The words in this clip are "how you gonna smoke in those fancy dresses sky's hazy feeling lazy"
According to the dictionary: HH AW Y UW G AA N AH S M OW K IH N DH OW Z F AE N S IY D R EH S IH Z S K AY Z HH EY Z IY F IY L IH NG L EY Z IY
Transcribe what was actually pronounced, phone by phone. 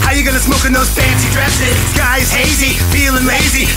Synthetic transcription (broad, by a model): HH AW Y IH G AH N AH S M OW K IH N DH OW Z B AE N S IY D R EH S IH Z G AY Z HH EY Z IY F IY L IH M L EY Z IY